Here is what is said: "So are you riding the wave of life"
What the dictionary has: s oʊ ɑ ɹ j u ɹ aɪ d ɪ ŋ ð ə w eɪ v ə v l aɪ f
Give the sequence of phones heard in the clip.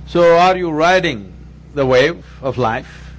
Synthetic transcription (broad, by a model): s oʊ ɑ ɹ j u ɹ aɪ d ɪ ŋ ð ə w eɪ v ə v l aɪ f